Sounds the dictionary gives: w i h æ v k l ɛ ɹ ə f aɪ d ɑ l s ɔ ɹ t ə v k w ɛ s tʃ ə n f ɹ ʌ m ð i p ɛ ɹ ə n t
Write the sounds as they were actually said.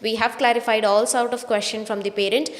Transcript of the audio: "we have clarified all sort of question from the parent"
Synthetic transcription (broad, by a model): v i h æ v k l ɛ ɹ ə f aɪ d ɑ l s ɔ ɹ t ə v k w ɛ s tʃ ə n f ɹ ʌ m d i p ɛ ɹ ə n t